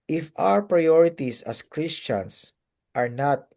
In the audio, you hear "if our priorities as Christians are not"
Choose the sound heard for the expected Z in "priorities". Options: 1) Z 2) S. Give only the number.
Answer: 2